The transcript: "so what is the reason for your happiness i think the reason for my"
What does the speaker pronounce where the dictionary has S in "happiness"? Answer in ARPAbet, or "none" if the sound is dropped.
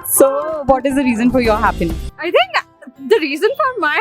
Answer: none